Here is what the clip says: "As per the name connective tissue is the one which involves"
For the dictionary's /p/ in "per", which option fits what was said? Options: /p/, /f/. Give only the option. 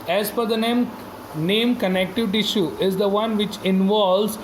/f/